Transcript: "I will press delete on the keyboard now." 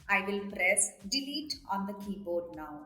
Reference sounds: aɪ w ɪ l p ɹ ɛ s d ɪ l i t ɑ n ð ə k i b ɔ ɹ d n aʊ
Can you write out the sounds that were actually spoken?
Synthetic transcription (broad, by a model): aɪ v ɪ l p ɹ ɛ s d ɪ l i t ɑ n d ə k i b ɔ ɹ d n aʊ